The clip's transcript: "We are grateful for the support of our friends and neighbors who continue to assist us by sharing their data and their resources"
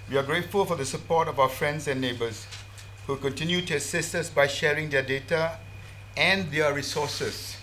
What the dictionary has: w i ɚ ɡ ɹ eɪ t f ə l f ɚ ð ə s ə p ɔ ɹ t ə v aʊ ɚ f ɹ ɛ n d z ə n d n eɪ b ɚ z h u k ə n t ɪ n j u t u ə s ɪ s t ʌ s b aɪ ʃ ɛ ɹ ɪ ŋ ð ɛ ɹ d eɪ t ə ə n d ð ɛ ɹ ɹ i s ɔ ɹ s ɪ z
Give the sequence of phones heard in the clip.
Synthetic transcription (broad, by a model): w i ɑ ɡ ɹ eɪ t f ə l f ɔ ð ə s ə p ɔ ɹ t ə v aʊ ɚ f ɹ ɛ n d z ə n n eɪ b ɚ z h u k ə n t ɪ n j u t u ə s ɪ s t ʌ s b aɪ ʃ ɛ ɹ ɪ ŋ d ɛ d eɪ t ə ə n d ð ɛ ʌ ɹ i s ɔ s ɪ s